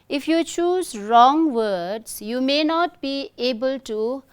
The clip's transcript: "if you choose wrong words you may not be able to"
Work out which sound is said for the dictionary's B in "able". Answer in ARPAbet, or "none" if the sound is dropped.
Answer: B